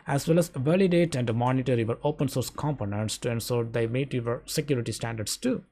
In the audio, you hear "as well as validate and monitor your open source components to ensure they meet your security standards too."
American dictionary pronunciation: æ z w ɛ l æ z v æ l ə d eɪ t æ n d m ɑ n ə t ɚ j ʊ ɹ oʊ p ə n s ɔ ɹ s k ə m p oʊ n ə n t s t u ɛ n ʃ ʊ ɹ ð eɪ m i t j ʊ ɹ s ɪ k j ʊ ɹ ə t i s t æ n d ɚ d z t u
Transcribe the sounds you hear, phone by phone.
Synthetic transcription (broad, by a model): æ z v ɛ l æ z v æ l ə d eɪ t æ n d m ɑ n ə t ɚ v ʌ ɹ oʊ p ə n s ɔ ɹ s k ə m p oʊ n ə n t s t u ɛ n s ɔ ɹ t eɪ m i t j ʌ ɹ s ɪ k j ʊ ɹ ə t i s t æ n d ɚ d s t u